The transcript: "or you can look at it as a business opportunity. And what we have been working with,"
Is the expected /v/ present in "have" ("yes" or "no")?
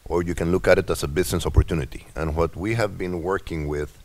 yes